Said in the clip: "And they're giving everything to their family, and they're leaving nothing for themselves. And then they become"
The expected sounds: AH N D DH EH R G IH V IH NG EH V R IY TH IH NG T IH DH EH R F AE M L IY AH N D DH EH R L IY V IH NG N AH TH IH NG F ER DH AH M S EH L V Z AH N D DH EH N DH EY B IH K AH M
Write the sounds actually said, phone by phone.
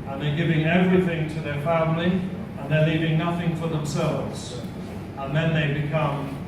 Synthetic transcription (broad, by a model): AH N DH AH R G IH V IH NG EH V R IY TH IH NG T IH DH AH R F AE M L IY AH N DH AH R L IY V IH NG N AH TH IH NG F ER DH AH M S EH L V Z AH N DH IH N DH EY B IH K AH M